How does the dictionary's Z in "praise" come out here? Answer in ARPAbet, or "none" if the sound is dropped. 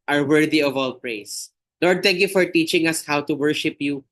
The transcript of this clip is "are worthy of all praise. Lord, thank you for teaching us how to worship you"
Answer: S